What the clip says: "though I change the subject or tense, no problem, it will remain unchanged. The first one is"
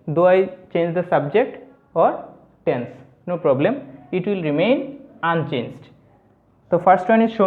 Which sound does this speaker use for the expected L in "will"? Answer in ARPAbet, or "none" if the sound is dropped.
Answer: L